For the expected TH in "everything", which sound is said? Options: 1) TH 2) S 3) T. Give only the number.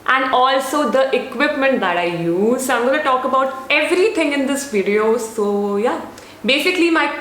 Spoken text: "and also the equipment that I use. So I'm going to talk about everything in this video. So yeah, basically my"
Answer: 3